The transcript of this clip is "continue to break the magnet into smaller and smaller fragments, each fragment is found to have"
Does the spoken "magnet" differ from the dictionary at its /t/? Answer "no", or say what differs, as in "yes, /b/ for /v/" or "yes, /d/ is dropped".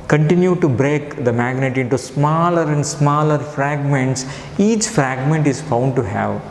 no